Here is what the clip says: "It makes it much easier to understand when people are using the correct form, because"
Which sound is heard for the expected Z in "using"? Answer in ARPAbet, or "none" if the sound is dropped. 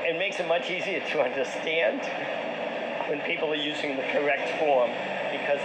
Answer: Z